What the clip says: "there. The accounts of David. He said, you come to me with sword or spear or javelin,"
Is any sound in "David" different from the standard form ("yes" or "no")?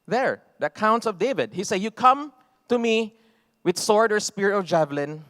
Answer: no